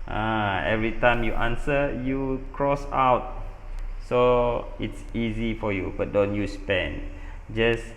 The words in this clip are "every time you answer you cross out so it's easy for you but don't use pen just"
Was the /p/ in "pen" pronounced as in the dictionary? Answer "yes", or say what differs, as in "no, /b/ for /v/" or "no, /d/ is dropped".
yes